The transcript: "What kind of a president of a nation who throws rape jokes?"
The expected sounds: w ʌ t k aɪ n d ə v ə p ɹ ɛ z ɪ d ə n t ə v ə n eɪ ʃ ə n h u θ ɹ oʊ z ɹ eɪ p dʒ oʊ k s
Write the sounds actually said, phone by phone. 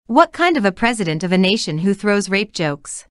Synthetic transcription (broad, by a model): w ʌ t k aɪ n d ə v ə p ɹ ɛ z ɪ d ə n t ə v ə n eɪ ʃ ə n h u θ ɹ oʊ z ɹ eɪ p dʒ oʊ k s